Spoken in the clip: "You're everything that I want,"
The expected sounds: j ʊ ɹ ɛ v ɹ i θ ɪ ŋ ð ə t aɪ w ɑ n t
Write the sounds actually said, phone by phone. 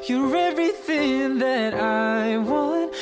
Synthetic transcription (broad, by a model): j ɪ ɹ ɛ v ɹ i θ ɪ ŋ ð ə t aɪ w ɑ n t